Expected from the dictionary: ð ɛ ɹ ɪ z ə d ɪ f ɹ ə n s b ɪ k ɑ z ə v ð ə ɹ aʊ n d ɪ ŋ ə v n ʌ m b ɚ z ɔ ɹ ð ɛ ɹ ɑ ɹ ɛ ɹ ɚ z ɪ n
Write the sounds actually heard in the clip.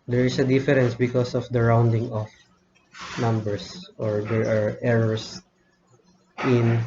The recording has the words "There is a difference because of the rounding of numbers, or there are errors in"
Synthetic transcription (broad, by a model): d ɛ ɹ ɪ s ə d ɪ f ɹ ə n s b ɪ k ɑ s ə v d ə ɹ aʊ n d ɪ ŋ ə f n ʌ m b ɚ s ɔ ɹ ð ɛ ɹ ɑ ɹ ɛ ɹ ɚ s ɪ n